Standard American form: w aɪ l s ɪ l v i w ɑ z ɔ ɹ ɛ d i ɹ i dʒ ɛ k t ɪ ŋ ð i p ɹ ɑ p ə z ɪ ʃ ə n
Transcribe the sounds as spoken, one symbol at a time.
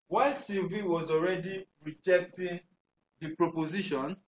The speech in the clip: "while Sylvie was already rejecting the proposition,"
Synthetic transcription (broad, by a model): w aɪ s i v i w ɑ z ɔ ɹ ɛ d i ɹ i dʒ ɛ k t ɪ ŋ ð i p ɹ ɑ p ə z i ʃ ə n